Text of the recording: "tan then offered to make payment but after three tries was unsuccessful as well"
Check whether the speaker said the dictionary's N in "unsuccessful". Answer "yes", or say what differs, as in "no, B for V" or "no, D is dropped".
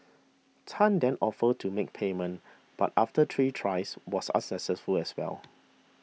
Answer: no, N is dropped